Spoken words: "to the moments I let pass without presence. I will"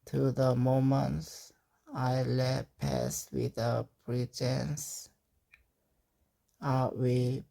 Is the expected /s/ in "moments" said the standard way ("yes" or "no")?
yes